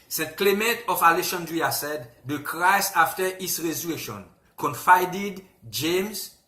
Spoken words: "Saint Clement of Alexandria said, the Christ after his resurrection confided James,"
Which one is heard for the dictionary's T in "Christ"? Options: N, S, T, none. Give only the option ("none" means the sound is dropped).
none